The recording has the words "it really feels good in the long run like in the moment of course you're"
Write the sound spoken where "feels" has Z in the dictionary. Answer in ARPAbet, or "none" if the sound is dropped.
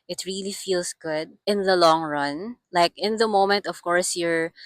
S